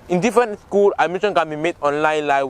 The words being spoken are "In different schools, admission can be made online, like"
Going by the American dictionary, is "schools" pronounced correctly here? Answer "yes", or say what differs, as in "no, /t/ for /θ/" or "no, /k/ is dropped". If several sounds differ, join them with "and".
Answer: no, /z/ is dropped